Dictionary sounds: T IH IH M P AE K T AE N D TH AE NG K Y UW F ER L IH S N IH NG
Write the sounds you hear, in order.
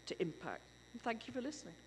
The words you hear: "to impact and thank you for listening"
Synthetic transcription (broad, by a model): T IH IH M P AE K T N TH AE NG K Y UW F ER L IH S N IH NG